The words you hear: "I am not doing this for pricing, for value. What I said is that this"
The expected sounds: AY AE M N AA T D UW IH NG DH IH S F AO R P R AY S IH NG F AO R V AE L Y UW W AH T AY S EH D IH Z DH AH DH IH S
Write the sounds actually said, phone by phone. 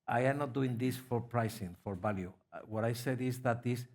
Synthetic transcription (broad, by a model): AY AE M N AA T D UW IH NG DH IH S F AO R P R AY S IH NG F AO R B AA L Y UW W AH T AY S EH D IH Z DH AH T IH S